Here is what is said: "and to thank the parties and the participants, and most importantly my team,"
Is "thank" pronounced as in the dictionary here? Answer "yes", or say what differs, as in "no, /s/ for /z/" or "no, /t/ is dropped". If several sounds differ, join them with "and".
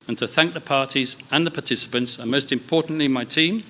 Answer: yes